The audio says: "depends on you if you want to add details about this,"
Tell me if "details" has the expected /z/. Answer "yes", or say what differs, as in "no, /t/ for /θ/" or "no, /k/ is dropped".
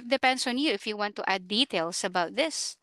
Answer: no, /s/ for /z/